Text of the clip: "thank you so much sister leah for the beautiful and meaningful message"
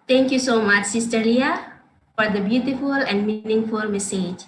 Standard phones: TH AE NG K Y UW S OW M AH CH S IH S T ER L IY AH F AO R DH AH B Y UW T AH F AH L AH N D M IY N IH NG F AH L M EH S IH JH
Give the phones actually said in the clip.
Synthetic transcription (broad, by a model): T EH NG K Y UW S OW M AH CH S IH S T ER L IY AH F AO R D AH B Y UW T AH F AH L AH N D M IY N IH NG F AH L M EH S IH JH